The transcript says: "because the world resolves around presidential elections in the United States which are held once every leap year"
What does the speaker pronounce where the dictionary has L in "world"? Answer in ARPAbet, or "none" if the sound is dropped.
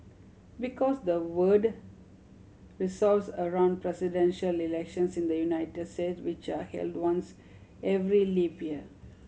none